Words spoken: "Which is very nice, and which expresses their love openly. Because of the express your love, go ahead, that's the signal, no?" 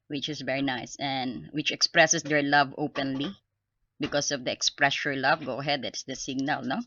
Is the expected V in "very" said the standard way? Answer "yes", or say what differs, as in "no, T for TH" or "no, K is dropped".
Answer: yes